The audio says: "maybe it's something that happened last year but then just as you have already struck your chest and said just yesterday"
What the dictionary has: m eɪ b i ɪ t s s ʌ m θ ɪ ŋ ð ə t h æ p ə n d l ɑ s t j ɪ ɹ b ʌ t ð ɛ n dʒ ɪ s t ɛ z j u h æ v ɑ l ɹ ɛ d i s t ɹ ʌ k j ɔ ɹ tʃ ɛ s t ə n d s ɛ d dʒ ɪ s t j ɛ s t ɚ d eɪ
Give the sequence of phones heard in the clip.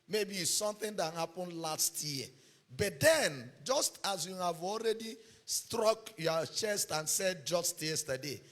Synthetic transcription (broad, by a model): m eɪ b i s s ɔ m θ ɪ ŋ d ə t h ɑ p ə n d l ɑ s t j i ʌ b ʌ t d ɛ n dʒ ɪ s t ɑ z j u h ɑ v ɑ l ɹ ɛ d i s t ɹ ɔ k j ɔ tʃ ɛ s t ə n s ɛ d dʒ ɪ s t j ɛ s t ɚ d eɪ